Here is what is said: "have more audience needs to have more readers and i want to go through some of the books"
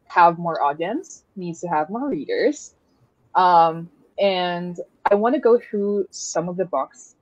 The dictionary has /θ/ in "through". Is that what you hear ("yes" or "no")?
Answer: yes